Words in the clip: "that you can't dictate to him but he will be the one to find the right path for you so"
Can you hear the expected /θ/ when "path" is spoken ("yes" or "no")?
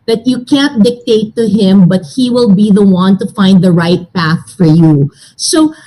yes